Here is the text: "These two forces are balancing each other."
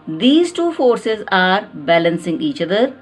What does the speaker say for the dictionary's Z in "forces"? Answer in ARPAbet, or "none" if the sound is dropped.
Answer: Z